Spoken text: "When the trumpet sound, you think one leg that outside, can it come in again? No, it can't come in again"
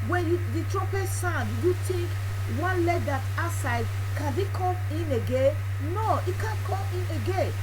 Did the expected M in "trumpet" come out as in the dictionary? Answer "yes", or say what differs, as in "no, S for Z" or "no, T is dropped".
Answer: no, M is dropped